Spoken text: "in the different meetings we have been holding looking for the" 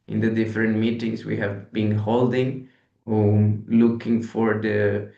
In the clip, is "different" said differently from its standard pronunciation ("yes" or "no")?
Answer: no